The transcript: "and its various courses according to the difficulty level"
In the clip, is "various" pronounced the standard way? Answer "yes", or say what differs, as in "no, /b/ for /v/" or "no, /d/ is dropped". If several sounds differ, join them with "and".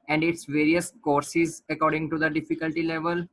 yes